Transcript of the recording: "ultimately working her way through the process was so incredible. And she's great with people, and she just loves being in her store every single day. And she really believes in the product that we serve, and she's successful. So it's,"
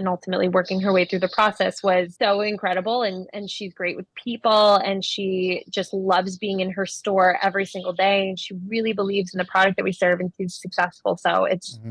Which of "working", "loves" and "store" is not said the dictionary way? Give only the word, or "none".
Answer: none